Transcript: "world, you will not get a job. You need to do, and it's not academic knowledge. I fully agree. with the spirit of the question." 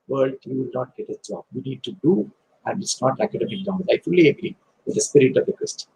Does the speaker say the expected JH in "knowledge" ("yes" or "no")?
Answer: no